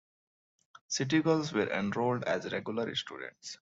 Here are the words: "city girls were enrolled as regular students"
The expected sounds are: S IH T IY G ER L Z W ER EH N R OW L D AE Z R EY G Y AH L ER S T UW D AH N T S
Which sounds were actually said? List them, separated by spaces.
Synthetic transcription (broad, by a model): S IH T IY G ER L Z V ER EH N R OW L D AE Z R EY G Y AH L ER S T UW D AH N T S